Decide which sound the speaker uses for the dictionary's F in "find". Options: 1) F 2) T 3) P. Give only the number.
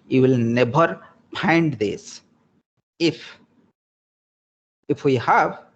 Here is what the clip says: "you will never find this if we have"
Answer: 3